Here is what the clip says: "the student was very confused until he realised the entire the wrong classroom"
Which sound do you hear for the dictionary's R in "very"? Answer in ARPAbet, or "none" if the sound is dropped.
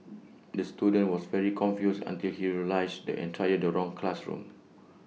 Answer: R